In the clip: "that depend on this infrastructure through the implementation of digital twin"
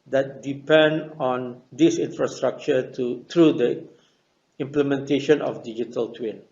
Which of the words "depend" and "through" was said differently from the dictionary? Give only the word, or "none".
through